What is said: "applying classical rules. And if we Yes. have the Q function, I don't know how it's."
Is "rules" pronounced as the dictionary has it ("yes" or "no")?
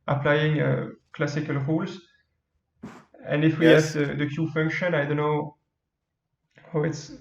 yes